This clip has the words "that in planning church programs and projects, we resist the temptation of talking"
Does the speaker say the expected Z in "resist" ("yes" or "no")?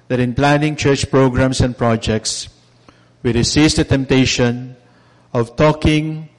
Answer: no